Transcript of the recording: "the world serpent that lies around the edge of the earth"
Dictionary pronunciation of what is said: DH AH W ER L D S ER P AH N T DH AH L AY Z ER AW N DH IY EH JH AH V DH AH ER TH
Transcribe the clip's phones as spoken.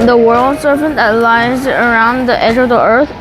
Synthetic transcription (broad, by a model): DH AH W ER L D S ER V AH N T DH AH L AY Z ER AW N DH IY EH JH AH V DH AH ER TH